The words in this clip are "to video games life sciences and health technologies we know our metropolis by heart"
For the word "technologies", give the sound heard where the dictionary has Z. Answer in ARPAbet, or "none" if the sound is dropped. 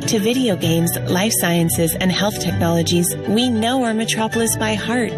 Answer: Z